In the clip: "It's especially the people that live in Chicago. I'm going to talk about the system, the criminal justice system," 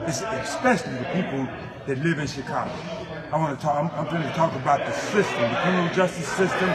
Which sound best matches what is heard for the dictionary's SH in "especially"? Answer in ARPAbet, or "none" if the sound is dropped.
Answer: SH